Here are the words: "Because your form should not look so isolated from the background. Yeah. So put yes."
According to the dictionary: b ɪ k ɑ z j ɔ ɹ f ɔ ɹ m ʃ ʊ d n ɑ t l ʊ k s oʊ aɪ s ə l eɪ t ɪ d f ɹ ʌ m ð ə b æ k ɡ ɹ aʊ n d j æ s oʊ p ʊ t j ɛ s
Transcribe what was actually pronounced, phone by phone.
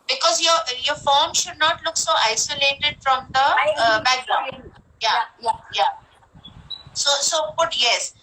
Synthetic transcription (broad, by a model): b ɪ k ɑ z j ɔ ɹ f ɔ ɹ m ʃ ʊ d n ɑ t l ʊ k s oʊ aɪ s ə l eɪ t ɪ d f ɹ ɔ m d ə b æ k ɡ ɹ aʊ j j j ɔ s oʊ b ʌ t j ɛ s